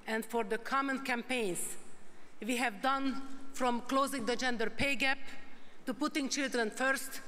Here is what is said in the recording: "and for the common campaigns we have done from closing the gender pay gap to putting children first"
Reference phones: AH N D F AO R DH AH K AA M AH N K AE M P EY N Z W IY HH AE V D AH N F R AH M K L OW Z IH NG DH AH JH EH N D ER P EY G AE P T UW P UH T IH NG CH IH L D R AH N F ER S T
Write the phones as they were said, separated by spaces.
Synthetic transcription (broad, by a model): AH N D F AO R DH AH K AA M AH N K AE M P EY N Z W IY HH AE V D AH N F R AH M K L OW Z IH NG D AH JH EH N D ER P EY G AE P T UW P UH T IH NG CH IH L D R AH N F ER S T